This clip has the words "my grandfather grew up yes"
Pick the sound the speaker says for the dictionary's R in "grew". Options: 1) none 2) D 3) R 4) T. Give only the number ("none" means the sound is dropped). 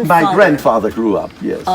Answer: 3